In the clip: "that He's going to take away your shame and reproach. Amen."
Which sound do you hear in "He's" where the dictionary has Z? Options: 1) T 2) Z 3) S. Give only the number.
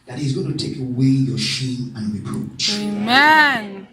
2